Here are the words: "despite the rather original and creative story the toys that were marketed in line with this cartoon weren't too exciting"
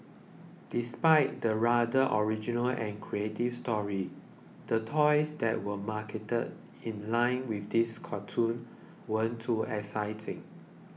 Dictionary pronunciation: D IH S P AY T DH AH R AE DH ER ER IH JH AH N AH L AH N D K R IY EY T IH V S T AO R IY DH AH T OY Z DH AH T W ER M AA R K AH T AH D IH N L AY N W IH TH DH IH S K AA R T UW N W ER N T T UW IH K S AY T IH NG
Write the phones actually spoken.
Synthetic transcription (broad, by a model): D IH S P AY T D AH R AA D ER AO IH JH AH N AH L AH N K R IY EY T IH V S T AO R IY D AH T OY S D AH T W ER M AA K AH T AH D IH N L AY N W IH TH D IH S K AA T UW N W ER N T T UW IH S AY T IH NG